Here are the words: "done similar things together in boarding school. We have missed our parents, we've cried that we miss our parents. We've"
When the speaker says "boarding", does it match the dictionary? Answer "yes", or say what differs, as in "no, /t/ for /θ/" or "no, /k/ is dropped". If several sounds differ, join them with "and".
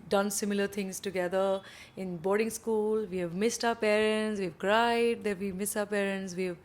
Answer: yes